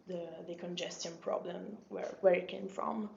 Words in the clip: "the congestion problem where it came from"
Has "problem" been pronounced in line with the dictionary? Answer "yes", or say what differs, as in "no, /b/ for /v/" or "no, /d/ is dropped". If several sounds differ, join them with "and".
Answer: yes